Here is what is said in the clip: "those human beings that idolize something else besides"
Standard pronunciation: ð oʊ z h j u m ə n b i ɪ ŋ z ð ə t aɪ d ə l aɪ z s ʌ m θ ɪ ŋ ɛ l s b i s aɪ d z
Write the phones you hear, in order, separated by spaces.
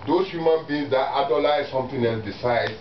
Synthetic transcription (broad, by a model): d oʊ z h j u m ə n b i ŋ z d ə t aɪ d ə l aɪ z s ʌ m t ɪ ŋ ɛ l s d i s aɪ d